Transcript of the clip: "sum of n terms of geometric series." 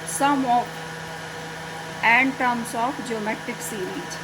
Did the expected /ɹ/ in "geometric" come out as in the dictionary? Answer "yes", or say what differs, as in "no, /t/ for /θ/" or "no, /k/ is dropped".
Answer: no, /ɹ/ is dropped